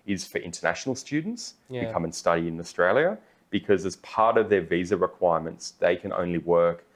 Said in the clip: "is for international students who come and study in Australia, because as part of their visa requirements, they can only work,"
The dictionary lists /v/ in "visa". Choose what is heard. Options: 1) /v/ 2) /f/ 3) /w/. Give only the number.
1